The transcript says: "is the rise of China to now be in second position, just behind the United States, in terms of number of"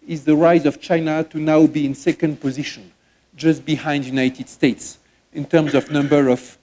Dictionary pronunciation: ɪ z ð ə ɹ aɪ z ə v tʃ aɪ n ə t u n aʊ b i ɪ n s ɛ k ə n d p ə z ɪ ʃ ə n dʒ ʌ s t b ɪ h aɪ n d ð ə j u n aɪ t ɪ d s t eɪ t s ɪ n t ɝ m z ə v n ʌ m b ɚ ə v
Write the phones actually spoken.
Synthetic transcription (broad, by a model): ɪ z ð ə ɹ aɪ z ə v tʃ aɪ n ə t u n aʊ b i ɪ n s ɛ k ə n d p ə z ɪ ʃ ə n dʒ ʌ s t b ɪ h aɪ n d j u n aɪ t ɪ d s t eɪ t s ɪ n t ɝ m z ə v n ʌ m b ɚ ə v